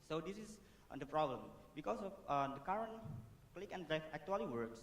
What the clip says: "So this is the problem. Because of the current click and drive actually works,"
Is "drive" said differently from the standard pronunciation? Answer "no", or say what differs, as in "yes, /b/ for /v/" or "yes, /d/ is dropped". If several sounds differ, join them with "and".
yes, /f/ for /v/